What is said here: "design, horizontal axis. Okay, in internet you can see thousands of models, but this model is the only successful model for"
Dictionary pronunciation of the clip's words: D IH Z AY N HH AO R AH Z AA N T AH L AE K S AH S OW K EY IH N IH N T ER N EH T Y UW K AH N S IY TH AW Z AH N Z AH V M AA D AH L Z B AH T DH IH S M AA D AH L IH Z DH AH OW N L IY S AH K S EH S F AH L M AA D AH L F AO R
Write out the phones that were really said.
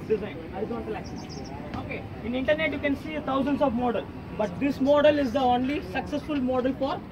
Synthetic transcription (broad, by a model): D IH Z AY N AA AH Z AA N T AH L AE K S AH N OW K EY IH N IH N T ER N EH T Y UW K AH N S IY T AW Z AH N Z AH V M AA D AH L B AH T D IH S M AA D AH L IH Z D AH OW N L IY S AH K S EH S F AH L M AA D AH L F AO R